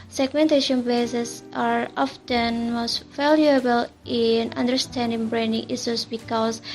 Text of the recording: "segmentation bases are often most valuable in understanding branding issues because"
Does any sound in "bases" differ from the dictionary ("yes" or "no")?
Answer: yes